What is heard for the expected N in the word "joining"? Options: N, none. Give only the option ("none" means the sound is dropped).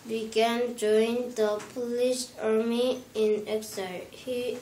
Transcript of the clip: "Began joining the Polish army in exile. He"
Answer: none